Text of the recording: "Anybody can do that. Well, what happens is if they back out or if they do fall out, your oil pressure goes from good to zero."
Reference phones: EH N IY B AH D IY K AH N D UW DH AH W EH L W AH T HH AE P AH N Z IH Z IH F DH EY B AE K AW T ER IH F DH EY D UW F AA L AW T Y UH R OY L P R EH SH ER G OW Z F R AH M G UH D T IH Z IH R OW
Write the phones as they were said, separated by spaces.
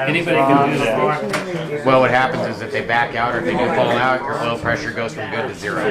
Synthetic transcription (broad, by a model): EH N IY B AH D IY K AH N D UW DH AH W EH L W AH T HH AE P AH N Z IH Z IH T DH EY B AE K AW T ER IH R DH EY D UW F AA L AW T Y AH R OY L P R EH SH ER G OW Z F R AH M G UH D T IH Z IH R OW